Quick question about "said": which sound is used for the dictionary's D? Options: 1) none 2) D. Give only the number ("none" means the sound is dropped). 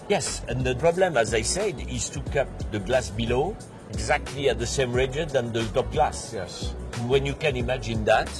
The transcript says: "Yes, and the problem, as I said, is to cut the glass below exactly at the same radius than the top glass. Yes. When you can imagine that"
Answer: 2